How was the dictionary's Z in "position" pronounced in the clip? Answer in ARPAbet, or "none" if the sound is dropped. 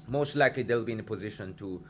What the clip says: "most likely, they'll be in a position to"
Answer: Z